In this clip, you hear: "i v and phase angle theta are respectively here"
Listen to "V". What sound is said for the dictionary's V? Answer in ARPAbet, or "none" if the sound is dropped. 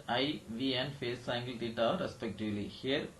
V